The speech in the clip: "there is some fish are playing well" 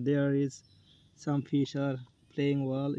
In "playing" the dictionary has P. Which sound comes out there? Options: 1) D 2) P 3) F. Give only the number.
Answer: 2